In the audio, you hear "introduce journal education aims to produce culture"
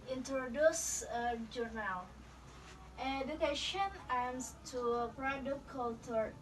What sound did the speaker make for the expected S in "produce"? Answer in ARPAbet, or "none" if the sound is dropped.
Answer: none